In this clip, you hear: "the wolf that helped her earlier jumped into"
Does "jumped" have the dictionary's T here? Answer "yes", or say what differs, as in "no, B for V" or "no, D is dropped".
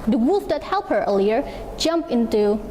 no, T is dropped